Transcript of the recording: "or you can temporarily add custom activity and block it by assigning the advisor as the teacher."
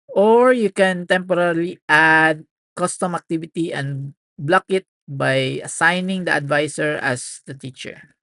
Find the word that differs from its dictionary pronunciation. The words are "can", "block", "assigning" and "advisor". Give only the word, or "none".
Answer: advisor